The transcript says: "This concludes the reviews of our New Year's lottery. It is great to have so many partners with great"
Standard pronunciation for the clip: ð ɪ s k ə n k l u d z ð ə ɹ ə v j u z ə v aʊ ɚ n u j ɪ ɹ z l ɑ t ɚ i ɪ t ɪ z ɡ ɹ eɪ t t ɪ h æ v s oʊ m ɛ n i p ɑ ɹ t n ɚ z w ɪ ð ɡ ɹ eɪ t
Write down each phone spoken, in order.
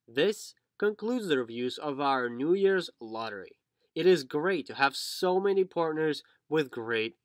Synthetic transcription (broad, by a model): ð ɪ s k ə n k l u d z ð ə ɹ v j u z ə v aʊ ɚ n u j ɪ ɹ z l ɑ t ɚ i ɪ t ɪ z ɡ ɹ eɪ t t ɪ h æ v s oʊ m ɛ n i p ɑ ɹ t n ɚ z w ɪ ð ɡ ɹ eɪ t